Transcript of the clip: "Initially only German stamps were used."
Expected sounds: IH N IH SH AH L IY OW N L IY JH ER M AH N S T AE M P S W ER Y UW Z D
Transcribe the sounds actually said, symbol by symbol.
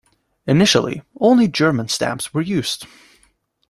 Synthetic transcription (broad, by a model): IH N IH SH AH L IY OW N L IY JH ER M AH N S T AE M P S W ER Y UW Z D